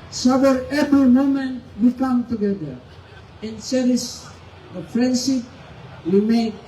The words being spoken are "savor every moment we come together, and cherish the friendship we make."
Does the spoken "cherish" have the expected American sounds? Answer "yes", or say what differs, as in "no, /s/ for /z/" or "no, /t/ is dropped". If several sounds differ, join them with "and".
no, /s/ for /ʃ/